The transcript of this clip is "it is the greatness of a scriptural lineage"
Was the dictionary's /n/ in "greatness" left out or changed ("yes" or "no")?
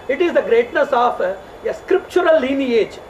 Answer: no